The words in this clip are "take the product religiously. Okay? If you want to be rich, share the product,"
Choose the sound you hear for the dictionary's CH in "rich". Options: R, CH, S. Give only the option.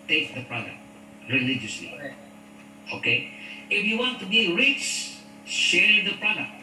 S